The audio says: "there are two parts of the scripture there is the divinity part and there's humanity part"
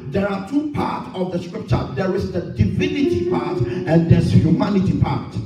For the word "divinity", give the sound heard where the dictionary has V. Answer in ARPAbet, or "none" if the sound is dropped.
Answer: V